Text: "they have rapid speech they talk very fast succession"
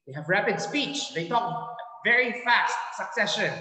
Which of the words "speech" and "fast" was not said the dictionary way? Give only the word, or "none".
none